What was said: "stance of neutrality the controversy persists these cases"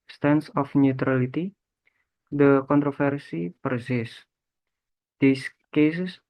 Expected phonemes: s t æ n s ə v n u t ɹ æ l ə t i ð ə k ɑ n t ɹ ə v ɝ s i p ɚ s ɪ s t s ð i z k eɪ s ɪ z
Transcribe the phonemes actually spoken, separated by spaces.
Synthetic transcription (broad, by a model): s t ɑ n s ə f n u t ɹ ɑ l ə t i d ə k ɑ n t ɹ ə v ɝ s i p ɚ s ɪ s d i s k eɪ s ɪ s